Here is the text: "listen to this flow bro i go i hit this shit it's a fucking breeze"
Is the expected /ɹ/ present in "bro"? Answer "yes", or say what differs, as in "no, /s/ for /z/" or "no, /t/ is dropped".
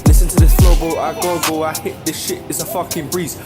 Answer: no, /ɹ/ is dropped